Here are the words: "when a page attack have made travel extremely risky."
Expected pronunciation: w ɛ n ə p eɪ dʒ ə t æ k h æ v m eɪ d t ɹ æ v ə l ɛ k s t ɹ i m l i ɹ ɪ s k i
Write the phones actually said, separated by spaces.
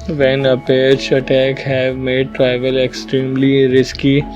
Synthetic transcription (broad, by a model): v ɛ n ə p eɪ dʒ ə t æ k h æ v m eɪ d t ɹ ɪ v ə l ɛ k s t ɹ i m l i ɹ ɪ s k i